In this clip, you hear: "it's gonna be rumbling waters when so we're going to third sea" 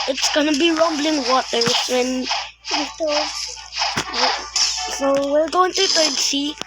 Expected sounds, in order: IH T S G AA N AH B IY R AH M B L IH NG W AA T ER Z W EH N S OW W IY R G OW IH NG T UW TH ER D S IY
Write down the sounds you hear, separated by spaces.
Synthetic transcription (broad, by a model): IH T S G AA N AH B IY R AH M B L IH NG W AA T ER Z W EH N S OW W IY L G OW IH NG T UW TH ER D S IY